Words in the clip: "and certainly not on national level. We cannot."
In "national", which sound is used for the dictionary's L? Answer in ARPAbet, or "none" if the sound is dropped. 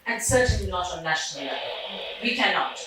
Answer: L